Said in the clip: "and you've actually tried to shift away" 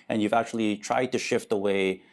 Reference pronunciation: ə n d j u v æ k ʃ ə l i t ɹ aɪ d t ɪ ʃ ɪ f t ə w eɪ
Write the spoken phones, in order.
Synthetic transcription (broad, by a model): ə n j u v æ k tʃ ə l i t ɹ aɪ d t ɪ ʃ ɪ f t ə w eɪ